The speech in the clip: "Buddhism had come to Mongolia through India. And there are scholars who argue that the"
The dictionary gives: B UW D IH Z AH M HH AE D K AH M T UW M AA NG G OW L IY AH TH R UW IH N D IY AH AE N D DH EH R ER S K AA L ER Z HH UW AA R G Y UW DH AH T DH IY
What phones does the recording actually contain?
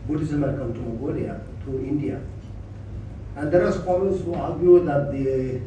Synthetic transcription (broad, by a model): B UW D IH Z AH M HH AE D K AH M T UW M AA G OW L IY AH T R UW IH N D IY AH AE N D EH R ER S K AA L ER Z HH UW AA R G Y UW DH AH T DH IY